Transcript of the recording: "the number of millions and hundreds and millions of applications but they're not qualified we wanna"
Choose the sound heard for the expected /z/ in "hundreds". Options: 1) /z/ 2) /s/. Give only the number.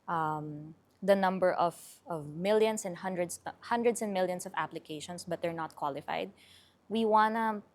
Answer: 2